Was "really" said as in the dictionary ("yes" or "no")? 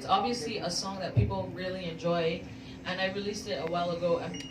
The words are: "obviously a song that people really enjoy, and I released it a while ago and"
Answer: yes